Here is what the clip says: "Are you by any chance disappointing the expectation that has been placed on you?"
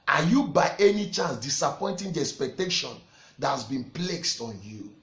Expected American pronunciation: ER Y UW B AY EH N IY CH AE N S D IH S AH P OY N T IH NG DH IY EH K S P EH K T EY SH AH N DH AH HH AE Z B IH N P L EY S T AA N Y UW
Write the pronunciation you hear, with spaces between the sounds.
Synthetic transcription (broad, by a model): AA Y UW B AY EH N IY CH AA N S D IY S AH P OY N T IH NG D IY EH K S P EH K T EY SH AH N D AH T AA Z B IH N P L EY S T AA N Y UW